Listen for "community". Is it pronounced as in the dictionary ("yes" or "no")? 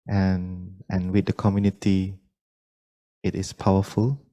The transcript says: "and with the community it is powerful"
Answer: yes